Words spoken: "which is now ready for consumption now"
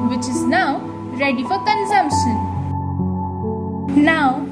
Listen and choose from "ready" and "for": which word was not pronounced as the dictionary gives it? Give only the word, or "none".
for